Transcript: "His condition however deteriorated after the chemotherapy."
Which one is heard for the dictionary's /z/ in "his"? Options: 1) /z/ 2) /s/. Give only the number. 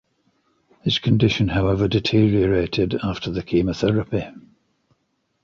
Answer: 2